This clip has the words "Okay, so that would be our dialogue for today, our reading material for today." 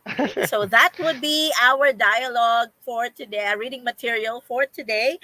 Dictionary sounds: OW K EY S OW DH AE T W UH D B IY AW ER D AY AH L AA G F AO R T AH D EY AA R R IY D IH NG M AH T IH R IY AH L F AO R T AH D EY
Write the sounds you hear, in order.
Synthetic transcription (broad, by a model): S OW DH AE T W UH D B IY AW ER D AY AH L AA G F AO R T AH D EY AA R R IY D IH NG M AH T IH R IY AH L F AO R T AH D EY